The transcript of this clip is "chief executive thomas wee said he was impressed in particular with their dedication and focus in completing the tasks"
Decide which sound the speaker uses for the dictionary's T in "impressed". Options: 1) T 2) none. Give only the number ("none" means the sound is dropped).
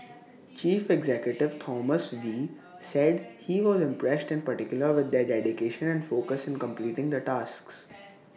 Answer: 1